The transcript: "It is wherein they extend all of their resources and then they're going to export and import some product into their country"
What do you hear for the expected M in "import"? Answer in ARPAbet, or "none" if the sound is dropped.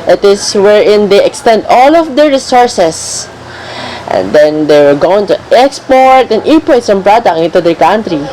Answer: none